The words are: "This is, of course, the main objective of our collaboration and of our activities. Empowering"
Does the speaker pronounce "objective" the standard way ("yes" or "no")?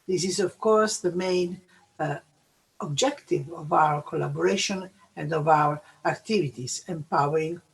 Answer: yes